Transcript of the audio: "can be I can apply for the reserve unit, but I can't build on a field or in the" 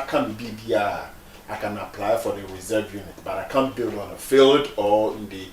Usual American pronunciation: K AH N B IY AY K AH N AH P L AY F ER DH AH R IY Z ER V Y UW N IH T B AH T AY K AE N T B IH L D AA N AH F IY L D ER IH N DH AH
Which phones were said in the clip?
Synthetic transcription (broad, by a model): K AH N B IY AY K AH N AH P L AY F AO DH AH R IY Z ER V Y UW N IH T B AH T AY K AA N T B IH L D AA N AH F IY L D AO IH N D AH